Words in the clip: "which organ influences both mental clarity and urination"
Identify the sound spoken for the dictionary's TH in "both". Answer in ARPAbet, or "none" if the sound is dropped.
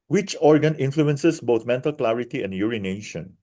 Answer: T